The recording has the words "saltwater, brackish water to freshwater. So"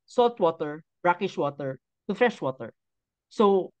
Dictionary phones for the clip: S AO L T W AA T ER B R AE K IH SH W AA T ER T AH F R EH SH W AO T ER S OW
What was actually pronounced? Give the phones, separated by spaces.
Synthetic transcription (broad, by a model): S AO L T W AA T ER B R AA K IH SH W AA T ER T AH F R EH SH W AO T ER S OW